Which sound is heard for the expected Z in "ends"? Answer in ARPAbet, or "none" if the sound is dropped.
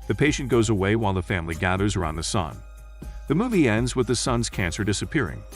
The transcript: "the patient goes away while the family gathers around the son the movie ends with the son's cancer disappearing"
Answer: Z